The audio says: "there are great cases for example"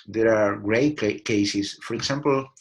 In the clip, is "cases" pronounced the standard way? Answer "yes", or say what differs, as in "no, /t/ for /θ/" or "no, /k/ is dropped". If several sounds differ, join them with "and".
no, /s/ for /z/